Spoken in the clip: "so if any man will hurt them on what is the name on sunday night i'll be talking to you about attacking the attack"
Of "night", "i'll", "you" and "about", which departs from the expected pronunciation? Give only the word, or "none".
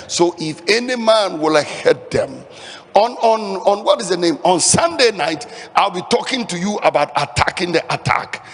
none